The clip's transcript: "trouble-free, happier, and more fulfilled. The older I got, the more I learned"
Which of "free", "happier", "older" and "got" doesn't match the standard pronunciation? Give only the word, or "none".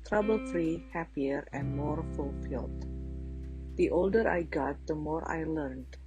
none